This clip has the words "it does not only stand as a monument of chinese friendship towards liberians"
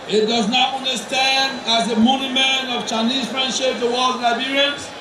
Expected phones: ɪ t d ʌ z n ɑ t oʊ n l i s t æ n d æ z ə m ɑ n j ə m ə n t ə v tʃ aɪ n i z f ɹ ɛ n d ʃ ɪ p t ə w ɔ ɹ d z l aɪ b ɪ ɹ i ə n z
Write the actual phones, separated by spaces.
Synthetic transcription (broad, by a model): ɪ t d ʌ z n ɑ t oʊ n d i s t æ n d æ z ə m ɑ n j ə m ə n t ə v tʃ aɪ n i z f ɹ ɛ n d ʃ ɪ p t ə w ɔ l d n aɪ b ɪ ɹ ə n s